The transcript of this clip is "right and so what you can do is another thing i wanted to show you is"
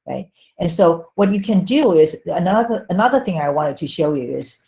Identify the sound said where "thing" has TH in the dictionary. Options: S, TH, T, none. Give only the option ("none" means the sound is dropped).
TH